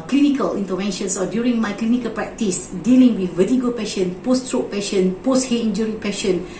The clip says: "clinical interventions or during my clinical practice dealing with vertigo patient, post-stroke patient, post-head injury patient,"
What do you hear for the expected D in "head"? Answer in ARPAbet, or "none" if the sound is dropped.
none